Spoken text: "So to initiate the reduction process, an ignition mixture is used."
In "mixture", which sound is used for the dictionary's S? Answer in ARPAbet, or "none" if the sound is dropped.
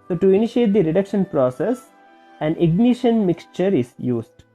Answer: S